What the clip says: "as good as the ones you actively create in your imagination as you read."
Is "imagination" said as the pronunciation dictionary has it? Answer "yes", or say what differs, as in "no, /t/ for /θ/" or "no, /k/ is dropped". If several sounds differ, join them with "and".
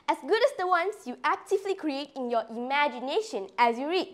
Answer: yes